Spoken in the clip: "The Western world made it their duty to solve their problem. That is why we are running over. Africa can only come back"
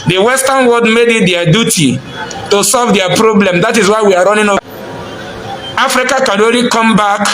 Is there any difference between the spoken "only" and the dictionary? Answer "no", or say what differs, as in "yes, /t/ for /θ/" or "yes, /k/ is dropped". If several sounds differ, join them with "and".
yes, /n/ is dropped